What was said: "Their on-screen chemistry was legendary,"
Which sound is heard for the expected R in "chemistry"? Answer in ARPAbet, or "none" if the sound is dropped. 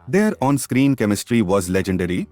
R